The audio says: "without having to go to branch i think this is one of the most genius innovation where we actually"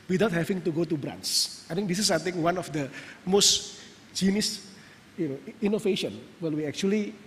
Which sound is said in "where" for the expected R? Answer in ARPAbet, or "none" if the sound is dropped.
L